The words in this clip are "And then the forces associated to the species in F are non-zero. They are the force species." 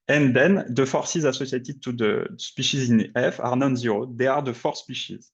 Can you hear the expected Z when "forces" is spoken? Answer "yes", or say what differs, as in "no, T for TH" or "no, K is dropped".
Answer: yes